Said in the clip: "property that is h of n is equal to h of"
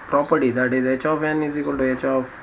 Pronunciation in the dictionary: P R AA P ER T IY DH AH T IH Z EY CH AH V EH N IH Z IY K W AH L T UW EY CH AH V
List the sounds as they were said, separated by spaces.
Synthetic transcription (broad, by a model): P R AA P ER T IY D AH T IH Z EY CH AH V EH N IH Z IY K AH N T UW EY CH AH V